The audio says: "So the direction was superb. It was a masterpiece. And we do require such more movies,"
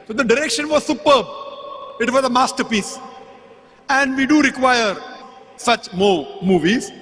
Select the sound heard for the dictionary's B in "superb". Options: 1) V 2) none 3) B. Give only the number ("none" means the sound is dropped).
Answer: 3